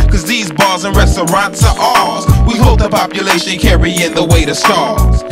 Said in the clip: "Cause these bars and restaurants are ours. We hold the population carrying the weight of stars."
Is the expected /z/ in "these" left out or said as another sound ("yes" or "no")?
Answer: no